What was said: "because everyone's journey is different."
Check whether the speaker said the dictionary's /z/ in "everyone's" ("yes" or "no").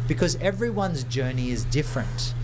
yes